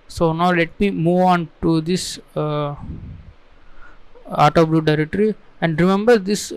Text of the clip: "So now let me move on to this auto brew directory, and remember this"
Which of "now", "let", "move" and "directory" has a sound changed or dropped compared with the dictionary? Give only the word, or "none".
none